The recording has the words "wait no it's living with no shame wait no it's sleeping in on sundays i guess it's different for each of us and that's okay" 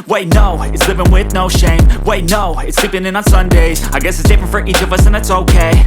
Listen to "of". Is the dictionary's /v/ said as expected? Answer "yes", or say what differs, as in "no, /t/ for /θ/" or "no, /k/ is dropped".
yes